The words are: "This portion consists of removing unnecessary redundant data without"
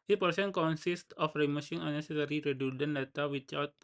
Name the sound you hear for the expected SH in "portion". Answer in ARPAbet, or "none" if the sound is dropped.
S